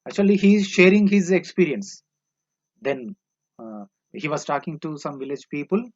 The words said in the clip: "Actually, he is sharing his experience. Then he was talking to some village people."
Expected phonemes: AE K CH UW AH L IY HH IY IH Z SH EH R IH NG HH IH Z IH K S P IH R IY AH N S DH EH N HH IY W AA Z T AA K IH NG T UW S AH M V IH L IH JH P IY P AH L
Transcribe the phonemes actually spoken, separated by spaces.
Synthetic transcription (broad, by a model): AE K CH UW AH L IY HH IY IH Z SH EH R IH NG HH IH Z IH K S P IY R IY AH N S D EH N HH IY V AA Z T AA K IH NG T UW S AH M V IH L IH JH P IY P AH L